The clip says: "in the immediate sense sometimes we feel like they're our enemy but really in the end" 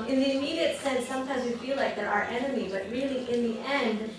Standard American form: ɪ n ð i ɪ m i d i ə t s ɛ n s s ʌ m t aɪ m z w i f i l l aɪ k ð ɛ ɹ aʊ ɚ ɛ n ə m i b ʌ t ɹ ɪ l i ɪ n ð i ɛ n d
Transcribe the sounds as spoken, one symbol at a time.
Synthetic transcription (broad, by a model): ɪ n ð i ɪ m i d i ə t s ɛ n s s ʌ m t aɪ m z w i f i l l aɪ k ð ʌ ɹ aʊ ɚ ɛ n ə m i b ʌ t ɹ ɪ l i ɪ n ð i ɛ n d